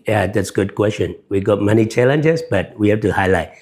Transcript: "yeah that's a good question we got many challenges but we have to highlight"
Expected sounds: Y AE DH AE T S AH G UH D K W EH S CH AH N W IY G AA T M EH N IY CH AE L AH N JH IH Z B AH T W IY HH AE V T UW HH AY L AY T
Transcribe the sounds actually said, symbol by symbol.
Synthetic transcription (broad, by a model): Y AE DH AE T S G UH D K W EH S CH AH N W IY G AA T M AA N IY CH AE L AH N JH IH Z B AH T W IY HH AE F T UW HH AY L AY T